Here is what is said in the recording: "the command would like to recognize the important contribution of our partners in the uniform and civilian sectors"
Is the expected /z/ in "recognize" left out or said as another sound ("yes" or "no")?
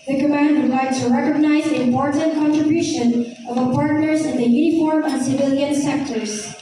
no